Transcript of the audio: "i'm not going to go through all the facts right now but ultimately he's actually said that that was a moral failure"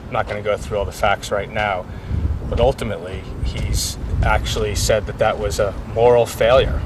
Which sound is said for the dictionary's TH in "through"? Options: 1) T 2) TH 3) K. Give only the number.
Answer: 2